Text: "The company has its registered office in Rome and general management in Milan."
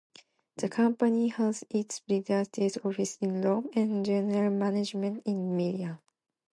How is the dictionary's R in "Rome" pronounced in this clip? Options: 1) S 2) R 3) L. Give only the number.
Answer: 3